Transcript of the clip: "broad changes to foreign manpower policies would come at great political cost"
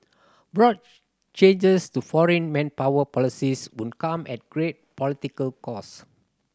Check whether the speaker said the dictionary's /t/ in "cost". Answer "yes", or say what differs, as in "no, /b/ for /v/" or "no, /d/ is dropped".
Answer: no, /t/ is dropped